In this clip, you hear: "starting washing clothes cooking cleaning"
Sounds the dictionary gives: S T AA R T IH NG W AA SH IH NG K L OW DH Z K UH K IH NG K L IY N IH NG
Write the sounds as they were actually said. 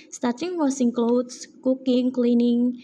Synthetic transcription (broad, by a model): S T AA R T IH NG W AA S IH NG K L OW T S K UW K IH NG K L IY N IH NG